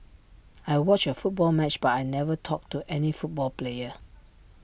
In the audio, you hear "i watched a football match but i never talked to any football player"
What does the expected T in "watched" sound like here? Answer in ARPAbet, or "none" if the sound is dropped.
none